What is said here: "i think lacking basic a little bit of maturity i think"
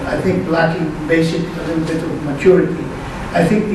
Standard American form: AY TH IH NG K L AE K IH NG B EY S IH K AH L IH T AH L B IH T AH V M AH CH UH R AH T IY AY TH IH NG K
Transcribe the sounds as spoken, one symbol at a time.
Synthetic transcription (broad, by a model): AY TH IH NG K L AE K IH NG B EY IH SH AH N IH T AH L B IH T AH V M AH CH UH R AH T IY AY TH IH NG K